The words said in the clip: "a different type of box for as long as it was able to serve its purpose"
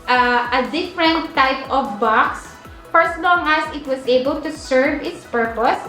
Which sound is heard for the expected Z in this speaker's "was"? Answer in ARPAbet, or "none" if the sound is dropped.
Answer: S